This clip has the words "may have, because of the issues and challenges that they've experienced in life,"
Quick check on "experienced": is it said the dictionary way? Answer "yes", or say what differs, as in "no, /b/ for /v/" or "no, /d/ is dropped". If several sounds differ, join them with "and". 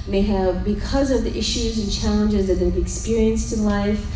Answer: yes